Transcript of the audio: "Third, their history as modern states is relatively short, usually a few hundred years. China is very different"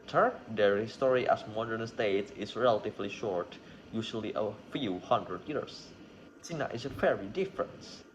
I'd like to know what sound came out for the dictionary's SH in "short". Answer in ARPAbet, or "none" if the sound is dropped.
SH